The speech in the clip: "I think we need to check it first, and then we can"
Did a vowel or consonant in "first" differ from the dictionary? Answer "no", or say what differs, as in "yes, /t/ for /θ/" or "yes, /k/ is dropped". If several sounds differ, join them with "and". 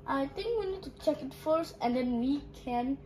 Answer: yes, /t/ is dropped